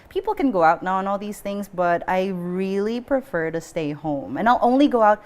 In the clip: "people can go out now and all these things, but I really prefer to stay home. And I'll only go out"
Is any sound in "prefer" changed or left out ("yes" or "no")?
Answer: no